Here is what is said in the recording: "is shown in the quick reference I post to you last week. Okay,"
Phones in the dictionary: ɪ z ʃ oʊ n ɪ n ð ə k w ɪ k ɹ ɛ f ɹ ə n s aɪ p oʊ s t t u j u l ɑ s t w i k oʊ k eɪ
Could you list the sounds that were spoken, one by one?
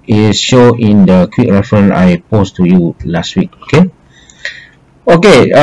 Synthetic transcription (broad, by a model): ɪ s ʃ oʊ ɪ n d ə k w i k ɹ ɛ f ɹ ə n aɪ p oʊ s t t u j u l ɑ s t w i k oʊ k eɪ